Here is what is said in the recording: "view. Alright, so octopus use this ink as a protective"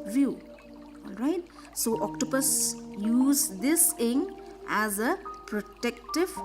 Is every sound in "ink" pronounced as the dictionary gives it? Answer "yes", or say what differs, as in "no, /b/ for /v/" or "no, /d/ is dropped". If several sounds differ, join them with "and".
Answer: no, /k/ is dropped